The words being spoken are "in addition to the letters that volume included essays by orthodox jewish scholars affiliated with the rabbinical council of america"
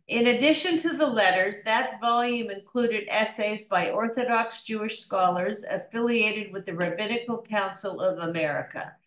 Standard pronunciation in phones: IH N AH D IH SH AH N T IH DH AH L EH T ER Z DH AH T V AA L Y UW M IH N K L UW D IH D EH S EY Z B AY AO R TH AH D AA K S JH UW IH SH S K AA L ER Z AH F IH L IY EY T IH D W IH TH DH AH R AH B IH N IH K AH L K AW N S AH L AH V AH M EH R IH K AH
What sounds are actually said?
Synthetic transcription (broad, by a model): IH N AH D IH SH AH N T IH DH AH L EH T ER Z DH AH T V AA L Y UW M IH N K L UW D IH D EH S EY Z B AY AO R TH AH D AA K S JH UW IH SH S K AA L ER Z AH F IH L IY EY T IH D W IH DH AH R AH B IH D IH K L K AW N S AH L AH V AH M EH R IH K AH